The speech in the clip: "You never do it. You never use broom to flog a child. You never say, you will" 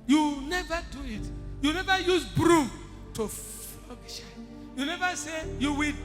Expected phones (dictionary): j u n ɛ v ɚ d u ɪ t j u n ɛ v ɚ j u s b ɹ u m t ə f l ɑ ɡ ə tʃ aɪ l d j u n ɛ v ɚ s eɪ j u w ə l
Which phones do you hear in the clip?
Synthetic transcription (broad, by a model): j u n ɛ v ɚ d u ɪ t j u n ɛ v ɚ j u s b ɹ u m t ə f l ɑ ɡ ə ʃ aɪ j u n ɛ v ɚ s eɪ j u w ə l